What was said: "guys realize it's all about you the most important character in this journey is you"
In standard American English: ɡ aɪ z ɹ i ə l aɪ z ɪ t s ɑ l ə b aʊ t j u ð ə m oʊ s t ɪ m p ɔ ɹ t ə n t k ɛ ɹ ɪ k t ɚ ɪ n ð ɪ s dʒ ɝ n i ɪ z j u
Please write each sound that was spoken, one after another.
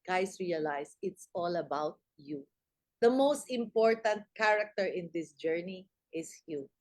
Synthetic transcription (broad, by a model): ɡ aɪ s ɹ i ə l aɪ s ɪ t s ɑ l ə b aʊ t j u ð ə m oʊ s t ɪ m p ɔ ɹ t ə n t k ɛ ɹ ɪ k t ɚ ɪ n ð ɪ s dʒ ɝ n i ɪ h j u